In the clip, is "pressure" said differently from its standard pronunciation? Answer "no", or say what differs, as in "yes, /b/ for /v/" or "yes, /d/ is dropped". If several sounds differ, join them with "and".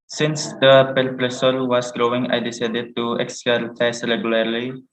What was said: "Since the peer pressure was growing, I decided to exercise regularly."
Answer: yes, /s/ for /ʃ/